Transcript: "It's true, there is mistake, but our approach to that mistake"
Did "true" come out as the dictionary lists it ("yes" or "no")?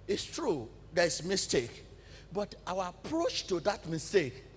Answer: yes